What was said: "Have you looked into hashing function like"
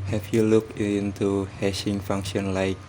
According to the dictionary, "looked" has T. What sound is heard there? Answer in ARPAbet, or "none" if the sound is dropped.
none